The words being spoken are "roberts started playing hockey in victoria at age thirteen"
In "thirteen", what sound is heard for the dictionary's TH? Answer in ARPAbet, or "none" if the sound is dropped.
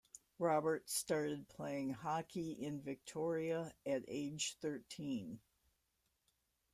TH